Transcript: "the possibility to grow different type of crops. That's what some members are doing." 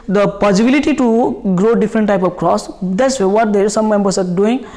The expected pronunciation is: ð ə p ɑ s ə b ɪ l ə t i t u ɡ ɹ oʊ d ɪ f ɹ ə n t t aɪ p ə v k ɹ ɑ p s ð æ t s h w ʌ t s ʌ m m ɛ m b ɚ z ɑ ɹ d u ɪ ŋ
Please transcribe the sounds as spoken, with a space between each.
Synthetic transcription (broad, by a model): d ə p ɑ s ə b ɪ l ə t i t u ɡ ɹ oʊ d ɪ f ɹ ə n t t aɪ p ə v k ɹ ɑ s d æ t s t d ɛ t s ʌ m m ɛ m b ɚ s ɑ ɹ d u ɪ ŋ